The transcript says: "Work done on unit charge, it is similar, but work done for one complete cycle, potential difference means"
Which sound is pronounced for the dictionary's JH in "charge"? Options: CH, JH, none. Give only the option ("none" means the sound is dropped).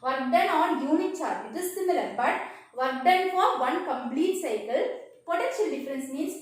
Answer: none